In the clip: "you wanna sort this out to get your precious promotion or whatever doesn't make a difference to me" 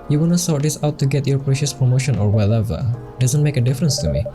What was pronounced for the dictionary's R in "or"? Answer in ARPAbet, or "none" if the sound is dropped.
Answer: R